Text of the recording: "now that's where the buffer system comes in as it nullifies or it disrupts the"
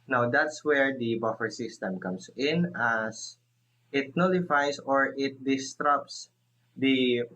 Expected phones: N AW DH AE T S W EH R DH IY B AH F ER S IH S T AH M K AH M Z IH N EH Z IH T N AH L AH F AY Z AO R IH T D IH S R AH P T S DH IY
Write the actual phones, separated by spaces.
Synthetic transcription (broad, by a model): N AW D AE T S W EH R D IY B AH F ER S IH S T AH M K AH M S IH N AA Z IH T N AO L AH F AY S AO R IH T D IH S R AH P S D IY